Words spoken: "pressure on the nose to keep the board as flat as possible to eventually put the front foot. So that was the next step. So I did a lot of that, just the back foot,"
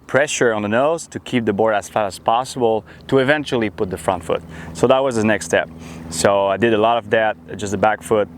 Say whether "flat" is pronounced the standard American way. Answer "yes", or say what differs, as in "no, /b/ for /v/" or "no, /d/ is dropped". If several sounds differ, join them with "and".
no, /l/ is dropped